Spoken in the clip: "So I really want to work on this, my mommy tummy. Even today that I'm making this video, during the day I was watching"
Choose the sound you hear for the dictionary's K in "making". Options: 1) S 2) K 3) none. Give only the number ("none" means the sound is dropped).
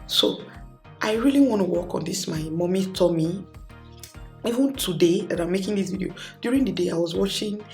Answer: 2